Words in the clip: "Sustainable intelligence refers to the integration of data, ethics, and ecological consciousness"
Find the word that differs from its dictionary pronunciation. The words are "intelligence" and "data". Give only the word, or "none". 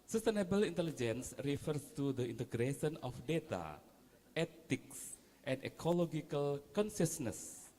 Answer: none